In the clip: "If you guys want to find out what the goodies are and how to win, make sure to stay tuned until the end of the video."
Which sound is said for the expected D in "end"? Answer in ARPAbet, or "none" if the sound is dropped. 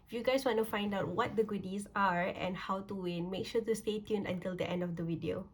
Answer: D